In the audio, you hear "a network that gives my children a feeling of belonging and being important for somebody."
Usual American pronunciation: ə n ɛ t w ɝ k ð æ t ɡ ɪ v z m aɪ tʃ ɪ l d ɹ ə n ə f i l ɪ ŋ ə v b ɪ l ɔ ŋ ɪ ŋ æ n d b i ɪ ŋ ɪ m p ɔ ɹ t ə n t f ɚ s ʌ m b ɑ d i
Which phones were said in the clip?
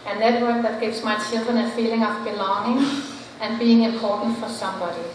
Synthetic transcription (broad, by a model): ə n ɛ t w ɝ k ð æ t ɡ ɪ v s m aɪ s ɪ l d ə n ə f i l ɪ ŋ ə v b ɪ l ɔ ŋ ɪ ŋ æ n b i ɪ ŋ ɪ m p ɔ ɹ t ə n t f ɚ s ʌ m b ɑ d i